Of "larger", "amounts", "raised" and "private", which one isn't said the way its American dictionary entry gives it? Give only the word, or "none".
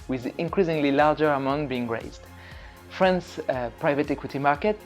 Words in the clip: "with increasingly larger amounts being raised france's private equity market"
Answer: amounts